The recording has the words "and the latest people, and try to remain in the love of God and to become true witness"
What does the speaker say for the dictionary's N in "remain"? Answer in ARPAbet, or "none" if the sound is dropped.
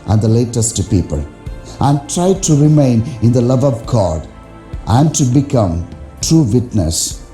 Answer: N